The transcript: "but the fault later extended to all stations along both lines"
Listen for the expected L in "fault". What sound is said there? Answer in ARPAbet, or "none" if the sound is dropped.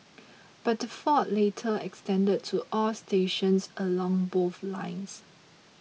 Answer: none